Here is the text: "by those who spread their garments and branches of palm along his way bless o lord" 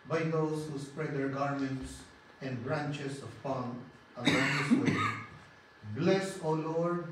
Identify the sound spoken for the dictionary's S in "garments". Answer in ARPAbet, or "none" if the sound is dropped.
S